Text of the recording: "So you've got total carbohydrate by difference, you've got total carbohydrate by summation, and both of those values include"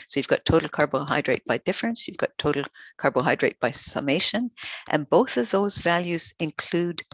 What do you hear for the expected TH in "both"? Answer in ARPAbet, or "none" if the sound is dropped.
TH